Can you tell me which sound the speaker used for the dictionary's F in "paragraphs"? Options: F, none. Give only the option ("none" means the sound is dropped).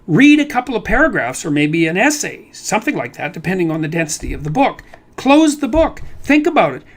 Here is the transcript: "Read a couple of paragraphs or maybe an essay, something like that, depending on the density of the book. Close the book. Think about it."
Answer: F